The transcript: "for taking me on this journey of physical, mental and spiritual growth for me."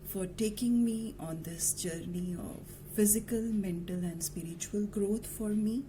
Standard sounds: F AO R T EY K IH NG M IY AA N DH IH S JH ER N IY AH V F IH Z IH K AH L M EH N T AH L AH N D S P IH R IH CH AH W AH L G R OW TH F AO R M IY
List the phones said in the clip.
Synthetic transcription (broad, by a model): F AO R T EY K IH NG M IY AA N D IH S JH ER N IY AH V F IH Z IH K AH L M EH N T AH L AH N D S P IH R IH CH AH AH L G R OW T F AO R M IY